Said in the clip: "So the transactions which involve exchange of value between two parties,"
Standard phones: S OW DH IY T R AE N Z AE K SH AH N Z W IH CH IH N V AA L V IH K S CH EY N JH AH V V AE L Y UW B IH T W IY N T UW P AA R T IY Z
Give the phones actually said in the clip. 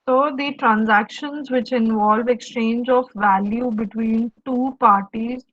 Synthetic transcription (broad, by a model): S OW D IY T R AE N Z AE K SH AH N Z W IH CH IH N V AA L V IH K S CH EY N JH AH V V AE L Y UW B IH T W IY N T UW P AA R T IY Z